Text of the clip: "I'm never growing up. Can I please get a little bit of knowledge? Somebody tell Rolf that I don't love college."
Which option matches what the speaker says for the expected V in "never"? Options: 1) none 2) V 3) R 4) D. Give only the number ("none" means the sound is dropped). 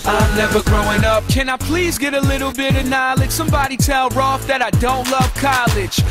2